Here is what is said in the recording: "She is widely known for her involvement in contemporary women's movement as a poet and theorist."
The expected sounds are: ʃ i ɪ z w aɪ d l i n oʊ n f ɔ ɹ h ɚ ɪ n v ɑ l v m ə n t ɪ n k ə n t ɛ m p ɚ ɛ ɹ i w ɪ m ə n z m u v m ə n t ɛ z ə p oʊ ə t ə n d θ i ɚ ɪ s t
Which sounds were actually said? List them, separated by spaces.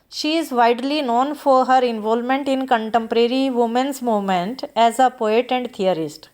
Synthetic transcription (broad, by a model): ʃ i ɪ z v aɪ d l i n oʊ n f ɔ ɹ h ɚ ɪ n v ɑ l m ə n t ɪ n k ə n t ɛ m p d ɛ ɹ i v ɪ m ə n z m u m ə n t ɛ z ə p oʊ ə t ə n d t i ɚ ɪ s t